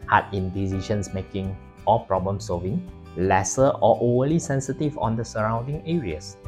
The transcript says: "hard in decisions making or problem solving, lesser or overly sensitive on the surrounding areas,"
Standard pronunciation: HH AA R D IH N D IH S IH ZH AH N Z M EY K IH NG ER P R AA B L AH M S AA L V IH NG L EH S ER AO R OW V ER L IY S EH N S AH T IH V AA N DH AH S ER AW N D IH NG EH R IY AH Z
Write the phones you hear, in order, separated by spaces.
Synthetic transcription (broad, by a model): HH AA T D IH N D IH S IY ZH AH N S M EY K IH NG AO P R AA B L AH M S AA L V IH NG L EH S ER AO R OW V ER L IY S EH N S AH T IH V AA N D AH S ER AW N D IH NG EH R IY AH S